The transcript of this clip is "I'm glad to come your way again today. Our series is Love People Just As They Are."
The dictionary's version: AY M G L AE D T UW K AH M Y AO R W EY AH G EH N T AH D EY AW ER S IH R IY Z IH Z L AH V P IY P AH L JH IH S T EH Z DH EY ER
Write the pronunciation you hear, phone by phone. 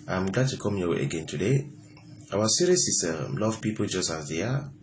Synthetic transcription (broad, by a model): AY M G L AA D T UW K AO M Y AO W EY AH G EH N T AH D EY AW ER S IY R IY S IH S L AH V P IY P AH L JH IH S T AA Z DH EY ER